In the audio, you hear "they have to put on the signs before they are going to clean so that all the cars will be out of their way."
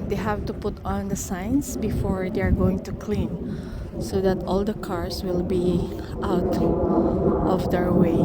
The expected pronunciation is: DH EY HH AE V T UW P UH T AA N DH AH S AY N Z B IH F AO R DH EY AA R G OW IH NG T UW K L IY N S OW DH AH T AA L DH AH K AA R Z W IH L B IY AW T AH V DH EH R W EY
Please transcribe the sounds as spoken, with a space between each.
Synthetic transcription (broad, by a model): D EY HH AE V T UW P UH T AA N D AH S AY N S B IH F AO R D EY AA R G OW IH NG T UW K L IY N S OW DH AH T AA L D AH K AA R S W IH L B IY AW T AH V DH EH R W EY